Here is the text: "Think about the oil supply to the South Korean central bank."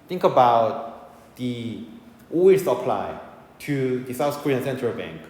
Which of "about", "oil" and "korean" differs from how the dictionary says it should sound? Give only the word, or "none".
oil